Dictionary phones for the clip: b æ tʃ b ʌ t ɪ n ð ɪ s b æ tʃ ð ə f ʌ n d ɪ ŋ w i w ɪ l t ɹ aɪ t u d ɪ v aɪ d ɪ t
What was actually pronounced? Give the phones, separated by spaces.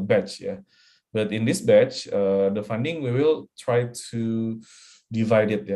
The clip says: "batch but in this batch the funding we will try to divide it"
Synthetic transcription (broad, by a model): b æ tʃ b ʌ t ɪ n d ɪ s b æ tʃ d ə f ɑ n d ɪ ŋ w i w ɪ l t ɹ aɪ t u d ɪ v aɪ d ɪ t